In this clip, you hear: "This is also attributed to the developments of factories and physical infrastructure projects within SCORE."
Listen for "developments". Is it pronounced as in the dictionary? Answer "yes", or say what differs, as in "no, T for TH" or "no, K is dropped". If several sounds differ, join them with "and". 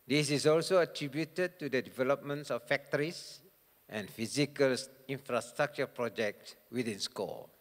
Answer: yes